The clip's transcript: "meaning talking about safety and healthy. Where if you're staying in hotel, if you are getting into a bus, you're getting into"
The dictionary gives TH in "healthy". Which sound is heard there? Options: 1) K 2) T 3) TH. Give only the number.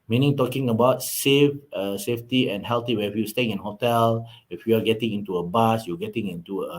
2